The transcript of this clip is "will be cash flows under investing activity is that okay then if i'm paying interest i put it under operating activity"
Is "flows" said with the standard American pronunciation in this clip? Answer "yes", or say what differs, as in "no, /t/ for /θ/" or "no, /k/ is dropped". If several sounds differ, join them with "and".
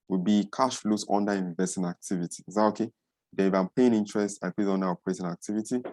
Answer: no, /s/ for /z/